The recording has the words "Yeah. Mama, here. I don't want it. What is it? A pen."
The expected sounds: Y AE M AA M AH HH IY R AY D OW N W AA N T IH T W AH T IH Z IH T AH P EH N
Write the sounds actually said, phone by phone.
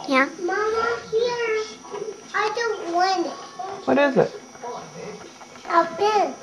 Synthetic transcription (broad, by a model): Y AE M AA M AH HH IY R AY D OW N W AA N IH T W AH T IH Z IH T AH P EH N